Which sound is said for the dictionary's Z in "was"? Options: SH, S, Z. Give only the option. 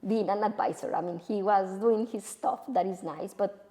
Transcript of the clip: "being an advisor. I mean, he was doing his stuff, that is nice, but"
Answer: Z